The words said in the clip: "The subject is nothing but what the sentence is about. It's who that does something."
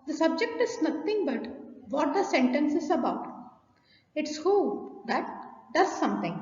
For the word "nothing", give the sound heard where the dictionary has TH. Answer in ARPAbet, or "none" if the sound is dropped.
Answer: T